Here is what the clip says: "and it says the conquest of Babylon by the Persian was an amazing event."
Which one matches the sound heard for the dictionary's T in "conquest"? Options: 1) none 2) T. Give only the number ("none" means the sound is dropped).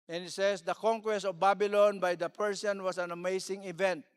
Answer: 2